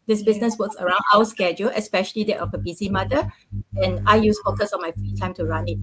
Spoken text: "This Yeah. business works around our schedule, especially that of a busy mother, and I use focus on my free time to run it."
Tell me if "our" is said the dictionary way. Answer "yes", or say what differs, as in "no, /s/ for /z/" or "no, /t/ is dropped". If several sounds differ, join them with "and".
no, /w/ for /ɹ/